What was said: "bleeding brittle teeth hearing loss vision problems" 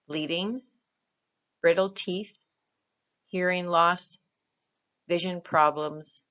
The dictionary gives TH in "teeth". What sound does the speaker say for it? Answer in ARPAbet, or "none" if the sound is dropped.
TH